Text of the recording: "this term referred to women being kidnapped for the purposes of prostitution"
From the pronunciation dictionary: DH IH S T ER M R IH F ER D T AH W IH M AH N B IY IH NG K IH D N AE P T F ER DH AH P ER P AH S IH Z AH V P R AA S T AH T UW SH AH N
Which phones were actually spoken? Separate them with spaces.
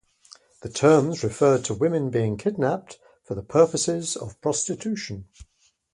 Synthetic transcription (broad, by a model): DH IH T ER M R IH F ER D T AH W IH M AH N B IY IH NG K IH D N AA P T F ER DH AH P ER P AH S IH Z AH V P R AA S T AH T UW SH AH N